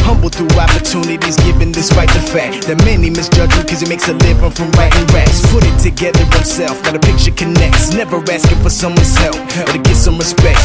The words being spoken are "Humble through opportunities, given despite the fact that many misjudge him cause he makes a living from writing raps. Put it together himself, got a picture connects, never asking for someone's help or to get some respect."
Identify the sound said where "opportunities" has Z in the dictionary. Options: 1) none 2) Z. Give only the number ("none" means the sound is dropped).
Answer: 2